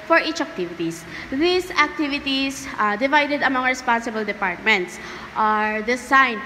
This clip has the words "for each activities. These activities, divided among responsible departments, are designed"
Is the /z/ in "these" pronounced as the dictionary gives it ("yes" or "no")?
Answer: no